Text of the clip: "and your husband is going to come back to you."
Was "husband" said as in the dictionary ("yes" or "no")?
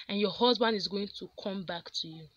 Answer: yes